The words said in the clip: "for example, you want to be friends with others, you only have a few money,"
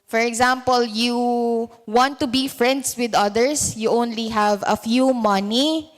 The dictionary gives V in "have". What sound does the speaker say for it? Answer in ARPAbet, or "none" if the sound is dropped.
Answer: V